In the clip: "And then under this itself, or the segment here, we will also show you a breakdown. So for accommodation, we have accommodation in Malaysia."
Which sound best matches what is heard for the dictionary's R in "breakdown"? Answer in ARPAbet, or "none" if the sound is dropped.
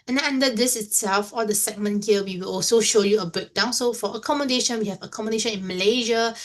none